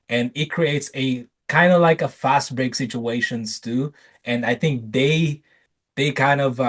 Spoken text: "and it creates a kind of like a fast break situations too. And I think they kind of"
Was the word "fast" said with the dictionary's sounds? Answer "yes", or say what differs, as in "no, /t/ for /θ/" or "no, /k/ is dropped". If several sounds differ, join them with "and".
yes